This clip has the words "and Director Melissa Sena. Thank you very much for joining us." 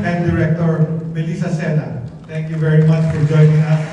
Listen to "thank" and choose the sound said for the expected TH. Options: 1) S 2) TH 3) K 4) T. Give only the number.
4